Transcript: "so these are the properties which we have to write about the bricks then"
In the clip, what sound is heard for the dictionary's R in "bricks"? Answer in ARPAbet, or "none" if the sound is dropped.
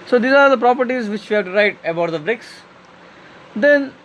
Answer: R